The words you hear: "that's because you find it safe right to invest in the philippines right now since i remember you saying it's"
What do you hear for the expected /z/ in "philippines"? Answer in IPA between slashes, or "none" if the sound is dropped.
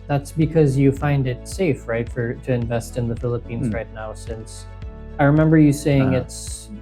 /z/